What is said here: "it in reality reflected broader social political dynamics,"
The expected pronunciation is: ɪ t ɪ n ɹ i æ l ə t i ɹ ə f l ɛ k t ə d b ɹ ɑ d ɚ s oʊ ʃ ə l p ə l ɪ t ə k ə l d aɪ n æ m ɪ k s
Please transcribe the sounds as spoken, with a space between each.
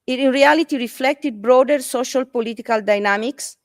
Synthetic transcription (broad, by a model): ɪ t ɪ n ɹ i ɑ l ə t i ɹ ə f l ɛ k t ə d b ɹ ɑ d ɚ s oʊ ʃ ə l p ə l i t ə k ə l d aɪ n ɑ m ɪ k s